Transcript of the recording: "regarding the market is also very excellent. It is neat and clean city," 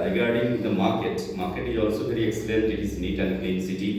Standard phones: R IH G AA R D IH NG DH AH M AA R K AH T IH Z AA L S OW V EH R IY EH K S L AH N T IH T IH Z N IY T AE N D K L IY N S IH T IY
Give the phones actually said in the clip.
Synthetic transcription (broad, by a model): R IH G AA R D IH NG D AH M AA R K AH T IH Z AA L S OW V EH R IY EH K S L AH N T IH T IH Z N IY T AE N D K EH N S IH T IY